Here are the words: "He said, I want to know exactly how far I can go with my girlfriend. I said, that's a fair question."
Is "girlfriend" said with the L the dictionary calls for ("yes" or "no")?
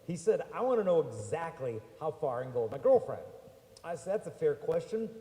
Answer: yes